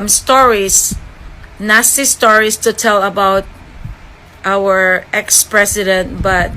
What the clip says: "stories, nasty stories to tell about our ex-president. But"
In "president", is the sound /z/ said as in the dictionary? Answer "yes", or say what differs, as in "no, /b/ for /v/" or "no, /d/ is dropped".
no, /s/ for /z/